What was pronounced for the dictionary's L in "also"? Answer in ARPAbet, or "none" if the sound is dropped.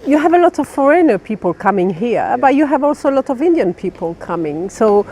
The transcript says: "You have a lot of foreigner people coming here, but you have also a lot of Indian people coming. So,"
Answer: L